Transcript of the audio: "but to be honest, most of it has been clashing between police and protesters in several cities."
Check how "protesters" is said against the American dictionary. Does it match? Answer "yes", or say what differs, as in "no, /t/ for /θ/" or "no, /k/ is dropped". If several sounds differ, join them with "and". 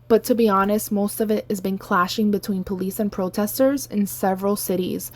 yes